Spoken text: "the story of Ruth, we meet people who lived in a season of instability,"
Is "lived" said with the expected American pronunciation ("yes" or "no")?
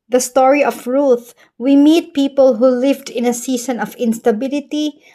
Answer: yes